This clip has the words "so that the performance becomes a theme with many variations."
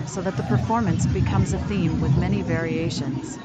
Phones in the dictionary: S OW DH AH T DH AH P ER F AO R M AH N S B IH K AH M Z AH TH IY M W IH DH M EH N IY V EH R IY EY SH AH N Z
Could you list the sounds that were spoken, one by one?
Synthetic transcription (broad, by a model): S OW DH AH T DH AH P ER F AO R M AH N S B IH K AH M Z AH TH IY M W IH DH M EH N IY V EH R IY EY SH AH N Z